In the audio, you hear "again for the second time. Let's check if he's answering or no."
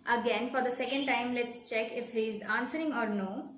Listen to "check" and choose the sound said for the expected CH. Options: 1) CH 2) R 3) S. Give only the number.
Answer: 1